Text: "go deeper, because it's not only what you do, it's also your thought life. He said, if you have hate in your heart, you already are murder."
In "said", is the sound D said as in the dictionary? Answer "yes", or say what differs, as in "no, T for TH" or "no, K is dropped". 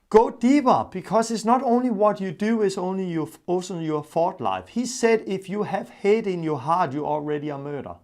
yes